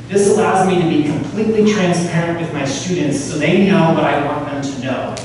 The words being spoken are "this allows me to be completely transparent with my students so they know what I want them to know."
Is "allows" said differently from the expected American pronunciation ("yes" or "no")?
no